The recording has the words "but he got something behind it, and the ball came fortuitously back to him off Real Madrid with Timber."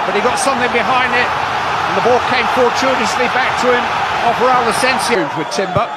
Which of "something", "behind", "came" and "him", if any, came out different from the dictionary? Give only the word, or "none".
none